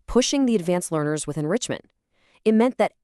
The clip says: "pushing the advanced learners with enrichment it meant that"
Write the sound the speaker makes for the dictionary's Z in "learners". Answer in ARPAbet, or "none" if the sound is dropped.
Z